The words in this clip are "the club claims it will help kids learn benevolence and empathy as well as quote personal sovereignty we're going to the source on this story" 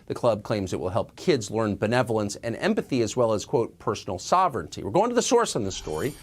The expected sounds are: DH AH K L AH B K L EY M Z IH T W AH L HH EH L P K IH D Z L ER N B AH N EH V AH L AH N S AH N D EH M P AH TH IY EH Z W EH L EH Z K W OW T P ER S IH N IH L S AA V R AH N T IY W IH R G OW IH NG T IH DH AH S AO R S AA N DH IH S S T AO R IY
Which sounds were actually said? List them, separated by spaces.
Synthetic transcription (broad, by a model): DH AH K L AH B K L EY M Z IH T W AH L HH EH L P K IH D Z L ER N B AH N EH V L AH N S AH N EH M P AH TH IY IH Z W EH L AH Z K W OW T P ER S N L S AA V R AH N T IY W IH R G OW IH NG T IH DH AH S AO R S N DH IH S S T AO R IY